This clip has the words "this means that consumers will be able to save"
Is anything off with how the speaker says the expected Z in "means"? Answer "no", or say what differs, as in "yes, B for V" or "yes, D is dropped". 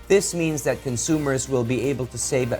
no